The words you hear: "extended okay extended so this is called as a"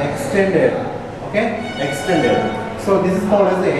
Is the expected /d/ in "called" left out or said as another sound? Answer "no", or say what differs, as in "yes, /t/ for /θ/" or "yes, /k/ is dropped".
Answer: yes, /d/ is dropped